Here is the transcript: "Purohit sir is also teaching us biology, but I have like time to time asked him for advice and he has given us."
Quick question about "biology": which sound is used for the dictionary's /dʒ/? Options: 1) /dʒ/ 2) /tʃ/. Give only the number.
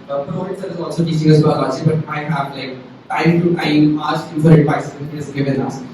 2